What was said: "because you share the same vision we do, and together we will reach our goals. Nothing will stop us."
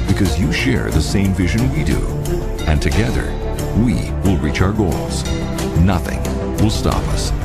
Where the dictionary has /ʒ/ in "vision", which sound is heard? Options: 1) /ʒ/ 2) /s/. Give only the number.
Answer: 1